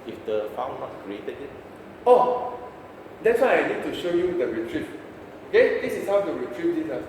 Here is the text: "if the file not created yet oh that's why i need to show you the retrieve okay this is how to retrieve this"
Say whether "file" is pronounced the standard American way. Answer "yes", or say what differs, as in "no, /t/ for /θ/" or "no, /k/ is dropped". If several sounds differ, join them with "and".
no, /n/ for /l/